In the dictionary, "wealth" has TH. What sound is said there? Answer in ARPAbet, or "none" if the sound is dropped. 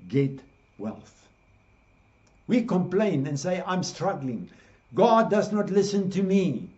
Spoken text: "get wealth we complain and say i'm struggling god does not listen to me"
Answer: TH